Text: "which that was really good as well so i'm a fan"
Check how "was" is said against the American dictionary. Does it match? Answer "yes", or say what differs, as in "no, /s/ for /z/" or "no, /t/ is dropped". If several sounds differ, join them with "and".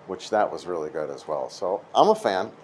yes